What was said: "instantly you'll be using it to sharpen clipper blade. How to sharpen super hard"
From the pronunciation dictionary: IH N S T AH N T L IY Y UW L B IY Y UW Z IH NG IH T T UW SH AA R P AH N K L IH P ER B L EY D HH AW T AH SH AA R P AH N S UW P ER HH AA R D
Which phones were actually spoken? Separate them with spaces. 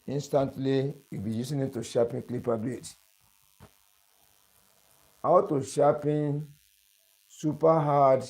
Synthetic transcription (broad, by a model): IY N S T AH N T L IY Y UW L B IY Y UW S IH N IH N T UW SH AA P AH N K L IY P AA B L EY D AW T AH SH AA P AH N S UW P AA HH AA D